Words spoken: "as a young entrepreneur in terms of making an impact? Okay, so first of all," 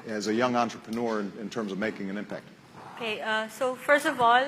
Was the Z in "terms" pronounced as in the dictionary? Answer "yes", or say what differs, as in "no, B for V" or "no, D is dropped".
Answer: yes